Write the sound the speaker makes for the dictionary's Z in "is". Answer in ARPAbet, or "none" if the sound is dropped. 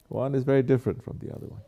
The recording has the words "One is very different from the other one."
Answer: Z